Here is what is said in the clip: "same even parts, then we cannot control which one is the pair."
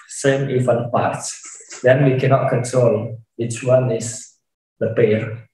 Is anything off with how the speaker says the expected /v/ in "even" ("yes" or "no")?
yes